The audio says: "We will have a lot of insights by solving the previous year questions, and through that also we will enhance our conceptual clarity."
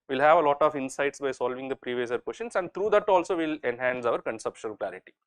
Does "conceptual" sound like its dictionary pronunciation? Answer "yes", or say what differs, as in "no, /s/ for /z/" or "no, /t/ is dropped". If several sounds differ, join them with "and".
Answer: no, /ʃ/ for /tʃ/